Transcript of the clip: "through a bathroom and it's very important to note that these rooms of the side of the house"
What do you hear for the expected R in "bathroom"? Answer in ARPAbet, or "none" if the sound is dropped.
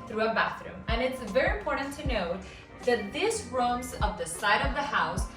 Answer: R